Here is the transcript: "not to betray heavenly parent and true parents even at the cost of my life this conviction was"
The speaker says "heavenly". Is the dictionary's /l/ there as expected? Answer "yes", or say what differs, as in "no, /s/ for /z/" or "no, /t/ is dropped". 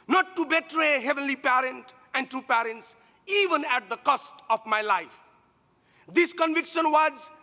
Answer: yes